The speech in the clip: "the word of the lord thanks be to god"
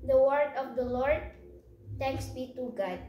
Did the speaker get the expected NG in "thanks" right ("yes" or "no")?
no